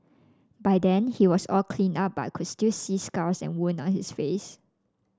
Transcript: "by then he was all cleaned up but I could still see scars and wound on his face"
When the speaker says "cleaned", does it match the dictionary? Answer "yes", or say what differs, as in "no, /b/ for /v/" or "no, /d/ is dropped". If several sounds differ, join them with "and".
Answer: no, /d/ is dropped